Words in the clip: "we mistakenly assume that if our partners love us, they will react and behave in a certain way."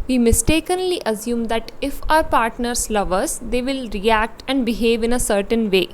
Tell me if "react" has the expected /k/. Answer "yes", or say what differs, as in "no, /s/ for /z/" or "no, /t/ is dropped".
yes